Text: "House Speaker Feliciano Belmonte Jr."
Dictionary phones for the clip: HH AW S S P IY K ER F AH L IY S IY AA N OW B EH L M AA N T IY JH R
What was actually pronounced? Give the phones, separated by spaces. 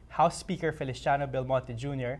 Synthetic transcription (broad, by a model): HH AW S S P IY K ER F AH L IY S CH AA N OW B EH L M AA T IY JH R